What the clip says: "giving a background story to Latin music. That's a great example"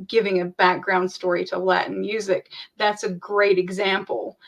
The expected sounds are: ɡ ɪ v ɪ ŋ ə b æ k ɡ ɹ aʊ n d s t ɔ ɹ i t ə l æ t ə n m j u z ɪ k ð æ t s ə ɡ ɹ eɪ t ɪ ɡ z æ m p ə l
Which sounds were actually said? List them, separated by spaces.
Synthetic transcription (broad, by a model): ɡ ɪ v ɪ ŋ ə b æ k ɡ ɹ aʊ n d s t ɔ ɹ i t ə l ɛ t n m j u z ɪ k ð æ t s ə ɡ ɹ eɪ t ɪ ɡ z æ m p l